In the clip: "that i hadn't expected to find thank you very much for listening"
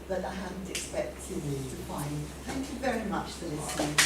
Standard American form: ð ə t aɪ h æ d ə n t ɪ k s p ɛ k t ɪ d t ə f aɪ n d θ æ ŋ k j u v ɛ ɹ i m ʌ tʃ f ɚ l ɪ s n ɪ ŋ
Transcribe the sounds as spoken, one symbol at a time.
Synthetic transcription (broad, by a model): ð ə t aɪ h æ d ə n t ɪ k s p ɛ k t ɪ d t ə f aɪ n d θ æ ŋ k j u v ɛ ɹ i m ʌ tʃ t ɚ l ɪ s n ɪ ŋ